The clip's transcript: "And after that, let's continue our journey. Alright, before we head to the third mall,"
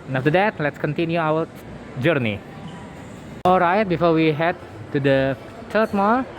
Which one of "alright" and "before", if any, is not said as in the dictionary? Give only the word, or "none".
none